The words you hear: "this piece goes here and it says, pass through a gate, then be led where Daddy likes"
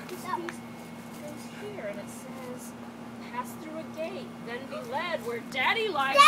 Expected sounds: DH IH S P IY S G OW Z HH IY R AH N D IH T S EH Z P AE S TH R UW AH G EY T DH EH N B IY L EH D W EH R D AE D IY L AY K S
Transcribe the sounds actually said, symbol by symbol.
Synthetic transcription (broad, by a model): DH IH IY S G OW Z HH IY R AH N IH T S EH Z P AE S TH R UW AH G EY T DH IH N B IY L EH D W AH R D AE D IY L AY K